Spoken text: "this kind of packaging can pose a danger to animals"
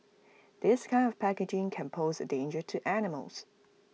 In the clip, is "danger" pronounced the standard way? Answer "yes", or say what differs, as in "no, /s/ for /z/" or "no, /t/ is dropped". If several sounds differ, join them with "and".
yes